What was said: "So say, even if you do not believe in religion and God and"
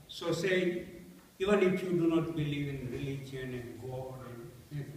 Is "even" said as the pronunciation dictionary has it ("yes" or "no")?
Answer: yes